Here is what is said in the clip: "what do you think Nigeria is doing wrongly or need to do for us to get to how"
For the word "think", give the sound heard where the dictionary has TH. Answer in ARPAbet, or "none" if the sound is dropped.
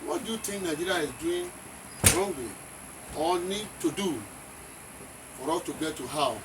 T